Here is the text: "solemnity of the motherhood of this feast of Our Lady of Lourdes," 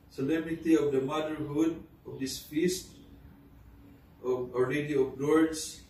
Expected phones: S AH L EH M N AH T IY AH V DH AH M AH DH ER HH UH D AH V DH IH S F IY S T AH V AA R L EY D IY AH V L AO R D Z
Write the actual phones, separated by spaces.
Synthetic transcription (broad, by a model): S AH L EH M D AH T IY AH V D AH M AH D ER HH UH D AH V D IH S F IY S T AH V AA R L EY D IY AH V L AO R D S